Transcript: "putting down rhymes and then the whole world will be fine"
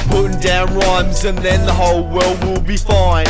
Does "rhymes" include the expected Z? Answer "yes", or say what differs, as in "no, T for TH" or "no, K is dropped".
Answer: yes